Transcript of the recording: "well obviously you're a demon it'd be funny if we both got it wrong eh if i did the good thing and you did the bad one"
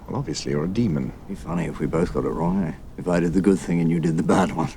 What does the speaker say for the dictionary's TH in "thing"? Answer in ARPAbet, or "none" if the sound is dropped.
TH